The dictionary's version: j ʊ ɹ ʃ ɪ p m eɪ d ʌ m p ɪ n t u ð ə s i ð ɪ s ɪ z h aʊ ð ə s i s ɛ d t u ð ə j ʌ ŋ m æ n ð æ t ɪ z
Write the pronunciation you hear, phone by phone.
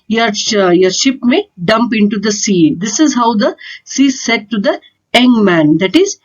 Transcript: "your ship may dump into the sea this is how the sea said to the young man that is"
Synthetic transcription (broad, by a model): j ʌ ɹ ʃ ɪ p m eɪ d ʌ m p ɪ n t u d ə s i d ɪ s ɪ z h aʊ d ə s i s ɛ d t u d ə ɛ ŋ m æ n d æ t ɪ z